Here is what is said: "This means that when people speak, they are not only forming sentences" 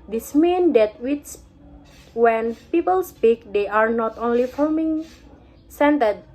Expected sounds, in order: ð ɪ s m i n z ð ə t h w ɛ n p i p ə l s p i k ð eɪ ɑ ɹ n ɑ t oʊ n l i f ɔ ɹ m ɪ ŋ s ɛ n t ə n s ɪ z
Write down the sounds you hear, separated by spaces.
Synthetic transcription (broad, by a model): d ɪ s m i n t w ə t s w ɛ n p i p ə l s p i k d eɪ ɑ ɹ n ɑ t oʊ n l i f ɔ l m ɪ ŋ s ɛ n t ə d